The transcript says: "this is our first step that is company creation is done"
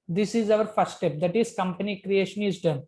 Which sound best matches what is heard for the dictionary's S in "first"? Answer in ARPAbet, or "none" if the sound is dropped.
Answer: none